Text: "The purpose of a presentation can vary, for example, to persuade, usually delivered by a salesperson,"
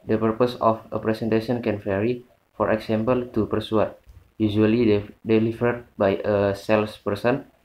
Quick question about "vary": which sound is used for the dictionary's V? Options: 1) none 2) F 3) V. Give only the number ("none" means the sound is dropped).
2